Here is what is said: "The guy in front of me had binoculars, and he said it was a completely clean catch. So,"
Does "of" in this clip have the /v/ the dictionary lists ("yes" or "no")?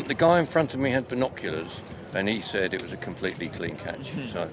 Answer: yes